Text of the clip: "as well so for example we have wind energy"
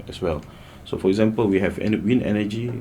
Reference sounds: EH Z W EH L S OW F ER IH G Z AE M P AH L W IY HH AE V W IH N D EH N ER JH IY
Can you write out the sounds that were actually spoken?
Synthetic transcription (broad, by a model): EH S W EH L S OW F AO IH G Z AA M P AH L W IY HH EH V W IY N EH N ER JH IY